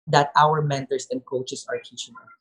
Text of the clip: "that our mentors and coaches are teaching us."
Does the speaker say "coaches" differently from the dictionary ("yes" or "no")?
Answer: yes